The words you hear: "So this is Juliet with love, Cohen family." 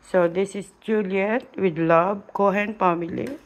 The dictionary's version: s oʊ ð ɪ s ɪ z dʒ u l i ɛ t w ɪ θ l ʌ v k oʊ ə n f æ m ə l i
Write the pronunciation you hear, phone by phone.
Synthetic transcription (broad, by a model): s oʊ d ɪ s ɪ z dʒ u l i ɛ t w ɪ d l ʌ b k oʊ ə n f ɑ m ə l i